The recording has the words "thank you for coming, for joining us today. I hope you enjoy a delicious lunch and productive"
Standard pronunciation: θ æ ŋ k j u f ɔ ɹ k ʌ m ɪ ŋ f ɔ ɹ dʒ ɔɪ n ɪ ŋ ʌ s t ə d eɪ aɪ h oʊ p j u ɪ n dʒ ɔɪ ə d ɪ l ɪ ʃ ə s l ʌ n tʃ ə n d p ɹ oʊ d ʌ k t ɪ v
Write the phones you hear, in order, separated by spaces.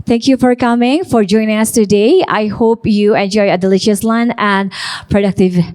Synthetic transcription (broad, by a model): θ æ ŋ k j u f ɔ ɹ k ʌ m ɪ ŋ f ɔ ɹ dʒ ɔɪ n ɪ ŋ ʌ s t ə d eɪ aɪ h oʊ p j u ɪ n dʒ ɔɪ ə d ɪ l ɪ ʃ ə s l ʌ n ə n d p ɹ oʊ d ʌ k t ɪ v